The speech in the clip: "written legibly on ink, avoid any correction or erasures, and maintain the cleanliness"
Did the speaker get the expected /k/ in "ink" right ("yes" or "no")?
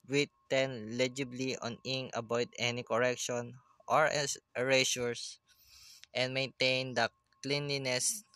no